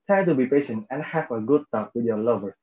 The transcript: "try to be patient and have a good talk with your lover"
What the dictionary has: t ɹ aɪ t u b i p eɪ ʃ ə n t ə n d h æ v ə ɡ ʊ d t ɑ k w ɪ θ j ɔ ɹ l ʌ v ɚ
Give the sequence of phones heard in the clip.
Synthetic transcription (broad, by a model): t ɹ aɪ t u b i p eɪ ʃ ə n t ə n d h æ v ə ɡ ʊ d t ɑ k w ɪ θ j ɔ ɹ l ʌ v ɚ